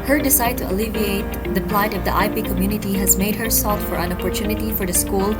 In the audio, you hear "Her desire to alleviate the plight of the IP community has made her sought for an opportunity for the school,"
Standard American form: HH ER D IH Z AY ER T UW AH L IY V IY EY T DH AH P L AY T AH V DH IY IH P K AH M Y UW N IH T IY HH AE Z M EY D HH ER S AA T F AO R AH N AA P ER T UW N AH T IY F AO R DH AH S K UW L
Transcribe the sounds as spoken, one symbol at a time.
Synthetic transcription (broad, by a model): HH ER D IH S AY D T UW AH L IY V IY EY T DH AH P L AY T AH V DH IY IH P K AH M Y UW N IH T IY HH AE Z M EY D HH ER S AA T F AO R AH N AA P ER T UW N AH T IY F AO R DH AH S K UW L